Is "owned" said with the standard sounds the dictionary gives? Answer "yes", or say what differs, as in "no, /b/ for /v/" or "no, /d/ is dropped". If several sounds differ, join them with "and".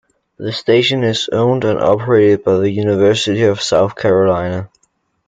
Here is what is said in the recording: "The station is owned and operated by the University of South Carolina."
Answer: yes